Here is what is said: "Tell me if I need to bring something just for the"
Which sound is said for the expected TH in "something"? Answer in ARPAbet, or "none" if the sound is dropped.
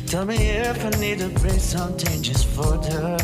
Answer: T